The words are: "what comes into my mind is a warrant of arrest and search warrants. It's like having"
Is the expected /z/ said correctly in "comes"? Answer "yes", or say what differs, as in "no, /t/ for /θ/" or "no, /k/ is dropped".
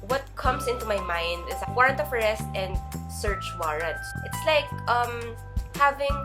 no, /s/ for /z/